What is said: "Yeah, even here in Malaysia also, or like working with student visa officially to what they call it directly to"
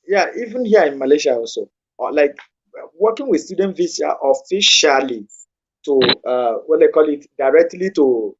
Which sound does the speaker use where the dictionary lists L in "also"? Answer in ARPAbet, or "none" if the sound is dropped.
N